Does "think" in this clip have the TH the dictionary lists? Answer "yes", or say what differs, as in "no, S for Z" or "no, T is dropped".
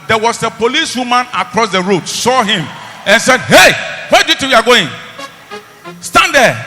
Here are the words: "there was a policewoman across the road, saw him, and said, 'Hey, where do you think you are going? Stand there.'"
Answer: no, T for TH